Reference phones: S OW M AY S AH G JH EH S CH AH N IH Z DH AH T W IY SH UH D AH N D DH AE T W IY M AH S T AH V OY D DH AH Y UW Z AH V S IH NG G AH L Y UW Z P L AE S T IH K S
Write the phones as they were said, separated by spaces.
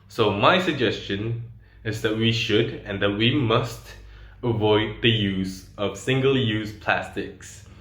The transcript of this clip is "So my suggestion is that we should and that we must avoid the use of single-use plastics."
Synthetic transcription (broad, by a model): S OW M AY S AH G JH EH S CH AH N IH Z DH AH T W IY SH UH D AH N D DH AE T W IY M AH S T AH V OY D DH AH Y UW Z AH V S IH NG G AH L Y UW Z P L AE S T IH K S